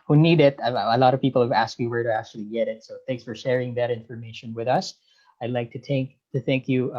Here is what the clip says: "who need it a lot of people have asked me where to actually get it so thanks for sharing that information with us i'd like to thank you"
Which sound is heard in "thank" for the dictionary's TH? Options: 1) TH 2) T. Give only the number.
1